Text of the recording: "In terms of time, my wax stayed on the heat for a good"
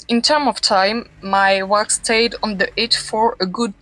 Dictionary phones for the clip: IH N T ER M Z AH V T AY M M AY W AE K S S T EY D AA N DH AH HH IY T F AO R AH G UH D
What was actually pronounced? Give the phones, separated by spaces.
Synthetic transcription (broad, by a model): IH N T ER M AH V T AY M M AY W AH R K S T EY D AA N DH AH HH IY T F AO R AH G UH D